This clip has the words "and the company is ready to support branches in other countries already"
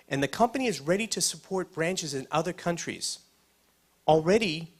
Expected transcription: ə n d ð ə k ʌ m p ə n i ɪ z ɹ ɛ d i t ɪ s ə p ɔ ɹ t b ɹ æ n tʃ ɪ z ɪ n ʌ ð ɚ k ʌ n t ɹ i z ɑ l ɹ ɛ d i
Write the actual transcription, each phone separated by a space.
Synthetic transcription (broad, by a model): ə n ð ə k ʌ m p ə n i ɪ z ɹ ɛ d i t ɪ s ə p ɔ ɹ t b ɹ æ n tʃ ɪ z ɪ n ʌ ð ɚ k ʌ n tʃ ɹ i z l ɹ ɛ d i